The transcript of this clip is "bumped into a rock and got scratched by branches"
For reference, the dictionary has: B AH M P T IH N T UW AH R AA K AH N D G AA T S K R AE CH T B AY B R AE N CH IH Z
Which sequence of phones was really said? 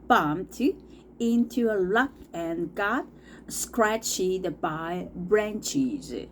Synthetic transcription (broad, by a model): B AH M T IH N T UW AH L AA K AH N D G AA T S K R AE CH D B AY B R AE N CH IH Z